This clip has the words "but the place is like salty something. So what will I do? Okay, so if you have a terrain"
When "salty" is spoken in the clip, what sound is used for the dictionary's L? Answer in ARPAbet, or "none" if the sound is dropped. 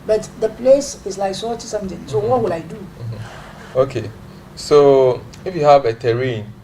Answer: none